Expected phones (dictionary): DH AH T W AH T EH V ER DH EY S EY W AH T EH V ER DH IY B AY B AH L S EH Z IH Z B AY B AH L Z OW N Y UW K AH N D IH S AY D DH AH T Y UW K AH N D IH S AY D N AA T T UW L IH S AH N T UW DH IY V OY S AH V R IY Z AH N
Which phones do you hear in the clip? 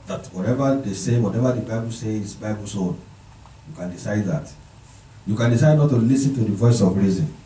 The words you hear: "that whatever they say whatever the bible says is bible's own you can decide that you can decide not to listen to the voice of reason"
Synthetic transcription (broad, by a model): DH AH T W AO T EH V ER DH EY S EY W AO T EH V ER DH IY B AY B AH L S EH IH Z B AY B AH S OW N Y UW K AH N D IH S AY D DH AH T Y UW K AH N D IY S AY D N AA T T UW L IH S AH N T UW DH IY V OY S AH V R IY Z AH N